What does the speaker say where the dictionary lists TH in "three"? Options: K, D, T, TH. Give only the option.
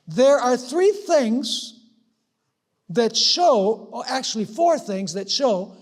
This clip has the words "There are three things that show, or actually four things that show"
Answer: TH